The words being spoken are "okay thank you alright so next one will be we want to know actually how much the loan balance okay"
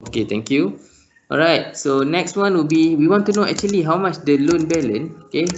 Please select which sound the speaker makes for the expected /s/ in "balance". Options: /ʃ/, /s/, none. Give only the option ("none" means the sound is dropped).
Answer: none